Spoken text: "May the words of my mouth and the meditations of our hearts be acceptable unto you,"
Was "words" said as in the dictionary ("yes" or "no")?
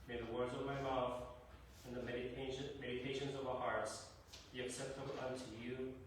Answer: yes